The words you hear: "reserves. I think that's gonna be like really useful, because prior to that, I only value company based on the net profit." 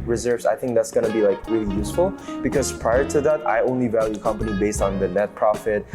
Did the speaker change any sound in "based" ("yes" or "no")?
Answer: no